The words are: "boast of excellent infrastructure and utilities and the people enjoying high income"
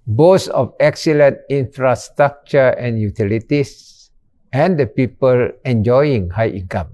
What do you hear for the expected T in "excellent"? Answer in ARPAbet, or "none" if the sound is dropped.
T